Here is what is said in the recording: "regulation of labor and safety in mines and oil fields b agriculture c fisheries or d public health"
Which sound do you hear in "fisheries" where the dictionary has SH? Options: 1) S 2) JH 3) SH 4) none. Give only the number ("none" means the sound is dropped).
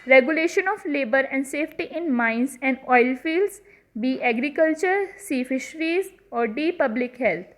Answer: 3